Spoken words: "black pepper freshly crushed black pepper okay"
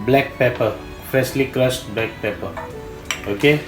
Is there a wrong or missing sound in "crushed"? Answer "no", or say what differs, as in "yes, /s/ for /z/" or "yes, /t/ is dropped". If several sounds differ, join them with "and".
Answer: yes, /s/ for /ʃ/